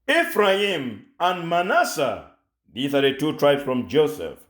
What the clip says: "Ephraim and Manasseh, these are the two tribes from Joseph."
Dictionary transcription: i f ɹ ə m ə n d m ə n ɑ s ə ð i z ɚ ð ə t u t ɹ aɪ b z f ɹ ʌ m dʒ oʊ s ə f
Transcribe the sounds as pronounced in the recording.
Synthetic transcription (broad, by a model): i f ɹ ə m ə n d m ə n ɑ s ə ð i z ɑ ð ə t u t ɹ aɪ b s f ɹ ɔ m dʒ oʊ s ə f